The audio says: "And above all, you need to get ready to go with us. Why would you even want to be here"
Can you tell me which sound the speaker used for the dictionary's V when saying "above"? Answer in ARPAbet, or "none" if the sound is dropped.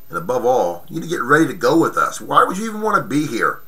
V